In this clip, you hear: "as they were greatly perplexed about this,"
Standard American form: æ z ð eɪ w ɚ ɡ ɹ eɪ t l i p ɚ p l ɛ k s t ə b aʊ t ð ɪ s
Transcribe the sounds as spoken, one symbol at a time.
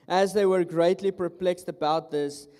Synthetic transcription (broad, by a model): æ z ð eɪ w ɚ ɡ ɹ eɪ t l i p ɚ p l ɛ k s t ə b aʊ t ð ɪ s